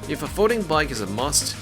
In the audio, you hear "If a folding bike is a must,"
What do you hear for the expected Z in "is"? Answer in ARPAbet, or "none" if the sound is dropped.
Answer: Z